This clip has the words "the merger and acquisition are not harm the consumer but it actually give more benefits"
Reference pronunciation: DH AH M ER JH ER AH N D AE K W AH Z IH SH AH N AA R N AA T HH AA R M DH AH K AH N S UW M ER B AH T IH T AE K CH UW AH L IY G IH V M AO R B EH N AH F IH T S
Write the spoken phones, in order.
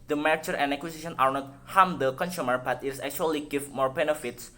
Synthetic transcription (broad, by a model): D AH M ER CH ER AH N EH K W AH S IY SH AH N AA R N AA T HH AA M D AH K AH N S UW M ER B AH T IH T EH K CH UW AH L IY G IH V M AO R B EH N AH F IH T S